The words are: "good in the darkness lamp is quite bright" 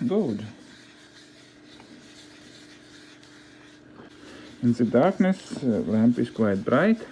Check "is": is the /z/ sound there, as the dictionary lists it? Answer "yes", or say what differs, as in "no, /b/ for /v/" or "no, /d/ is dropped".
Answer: no, /s/ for /z/